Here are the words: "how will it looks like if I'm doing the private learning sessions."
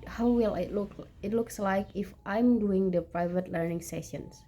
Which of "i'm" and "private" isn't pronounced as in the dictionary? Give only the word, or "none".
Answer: none